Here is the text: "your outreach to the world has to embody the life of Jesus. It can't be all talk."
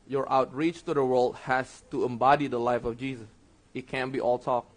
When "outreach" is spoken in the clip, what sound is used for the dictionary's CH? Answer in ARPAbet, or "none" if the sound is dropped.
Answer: CH